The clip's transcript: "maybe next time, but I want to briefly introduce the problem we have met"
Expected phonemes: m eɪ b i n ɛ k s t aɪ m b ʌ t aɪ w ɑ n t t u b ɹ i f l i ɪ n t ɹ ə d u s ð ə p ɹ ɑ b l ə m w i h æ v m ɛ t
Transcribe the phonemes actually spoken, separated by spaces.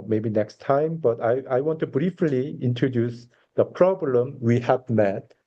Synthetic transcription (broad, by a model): m eɪ b i n ɛ k s t aɪ m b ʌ t aɪ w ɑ n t t u b ɹ i f l i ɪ n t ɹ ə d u s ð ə p ɹ ɑ b l ə m w i h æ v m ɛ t